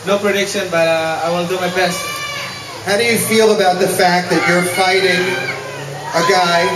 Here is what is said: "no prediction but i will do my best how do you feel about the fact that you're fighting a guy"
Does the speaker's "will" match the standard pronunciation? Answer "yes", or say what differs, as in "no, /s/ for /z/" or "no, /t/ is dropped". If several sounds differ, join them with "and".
no, /n/ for /l/